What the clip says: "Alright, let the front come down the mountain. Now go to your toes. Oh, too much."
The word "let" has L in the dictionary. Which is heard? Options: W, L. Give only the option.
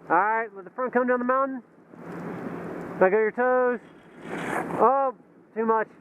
W